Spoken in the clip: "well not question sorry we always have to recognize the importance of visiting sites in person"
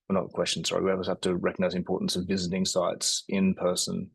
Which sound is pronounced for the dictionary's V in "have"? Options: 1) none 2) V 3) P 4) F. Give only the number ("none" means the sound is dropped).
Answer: 4